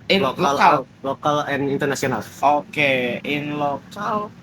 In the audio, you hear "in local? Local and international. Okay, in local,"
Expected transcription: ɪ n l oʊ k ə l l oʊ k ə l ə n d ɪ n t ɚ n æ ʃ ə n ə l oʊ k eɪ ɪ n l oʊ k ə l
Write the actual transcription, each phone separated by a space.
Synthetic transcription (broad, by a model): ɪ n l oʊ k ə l l oʊ k ə l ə n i n t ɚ n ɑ s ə n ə l oʊ k eɪ ɪ n l oʊ k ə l